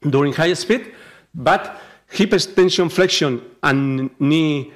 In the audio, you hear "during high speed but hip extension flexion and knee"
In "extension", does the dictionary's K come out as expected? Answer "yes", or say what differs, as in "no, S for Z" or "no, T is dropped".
no, K is dropped